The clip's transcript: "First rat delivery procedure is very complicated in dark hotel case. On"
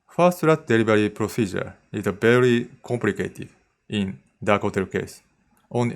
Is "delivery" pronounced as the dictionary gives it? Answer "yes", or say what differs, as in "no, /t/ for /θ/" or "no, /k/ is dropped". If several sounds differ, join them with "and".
no, /b/ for /v/